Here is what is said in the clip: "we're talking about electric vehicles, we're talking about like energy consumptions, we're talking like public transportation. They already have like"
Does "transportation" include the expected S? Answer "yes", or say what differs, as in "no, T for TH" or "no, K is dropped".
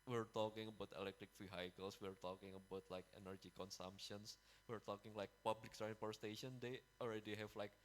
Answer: no, S is dropped